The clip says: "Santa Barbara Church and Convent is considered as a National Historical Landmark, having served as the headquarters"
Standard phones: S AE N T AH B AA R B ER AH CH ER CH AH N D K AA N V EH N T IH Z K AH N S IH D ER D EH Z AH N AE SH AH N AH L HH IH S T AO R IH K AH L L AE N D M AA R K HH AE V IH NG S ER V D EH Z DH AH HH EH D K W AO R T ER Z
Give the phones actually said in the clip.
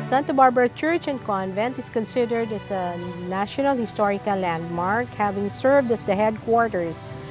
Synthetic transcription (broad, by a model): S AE N T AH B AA R B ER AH CH ER CH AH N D K AA N V EH N T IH S K AH N S IH D ER D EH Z AH N AE SH AH N AH L HH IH S T AO R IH K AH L L AE N D M AA R K HH AE V IH NG S ER V D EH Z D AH HH EH D K W AO R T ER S